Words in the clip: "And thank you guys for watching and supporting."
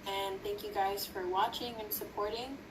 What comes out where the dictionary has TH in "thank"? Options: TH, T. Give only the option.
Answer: TH